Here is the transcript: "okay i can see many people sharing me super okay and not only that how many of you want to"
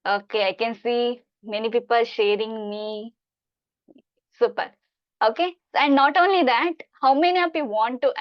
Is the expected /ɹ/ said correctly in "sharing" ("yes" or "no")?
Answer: yes